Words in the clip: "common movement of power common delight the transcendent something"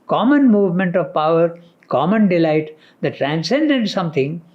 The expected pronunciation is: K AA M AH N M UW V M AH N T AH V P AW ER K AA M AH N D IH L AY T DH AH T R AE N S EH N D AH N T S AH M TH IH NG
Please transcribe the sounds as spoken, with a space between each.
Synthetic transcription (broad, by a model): K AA M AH N M UW V M AH N T AH V P AW ER K AA M AH N D IH L AY T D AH T R AE N S EH N D AH N T S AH M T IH NG